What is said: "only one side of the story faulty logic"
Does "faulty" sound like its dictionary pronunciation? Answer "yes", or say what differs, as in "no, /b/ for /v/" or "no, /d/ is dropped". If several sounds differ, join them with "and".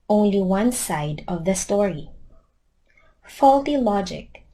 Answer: yes